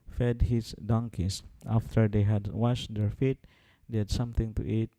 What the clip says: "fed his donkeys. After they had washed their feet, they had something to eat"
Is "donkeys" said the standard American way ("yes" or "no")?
no